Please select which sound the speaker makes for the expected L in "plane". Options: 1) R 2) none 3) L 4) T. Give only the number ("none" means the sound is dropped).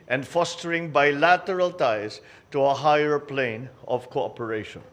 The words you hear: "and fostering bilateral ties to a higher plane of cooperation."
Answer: 3